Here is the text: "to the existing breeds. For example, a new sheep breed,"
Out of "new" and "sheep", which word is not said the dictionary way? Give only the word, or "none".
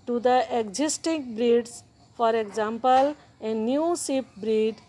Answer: sheep